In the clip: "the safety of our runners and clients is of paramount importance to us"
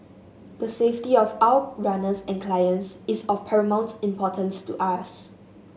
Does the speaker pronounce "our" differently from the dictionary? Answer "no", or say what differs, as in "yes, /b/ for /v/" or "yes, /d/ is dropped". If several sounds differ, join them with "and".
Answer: yes, /w/ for /ɹ/